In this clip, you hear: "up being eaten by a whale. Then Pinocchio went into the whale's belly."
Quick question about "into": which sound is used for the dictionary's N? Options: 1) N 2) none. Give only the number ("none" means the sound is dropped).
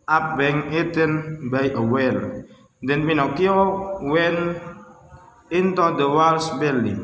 1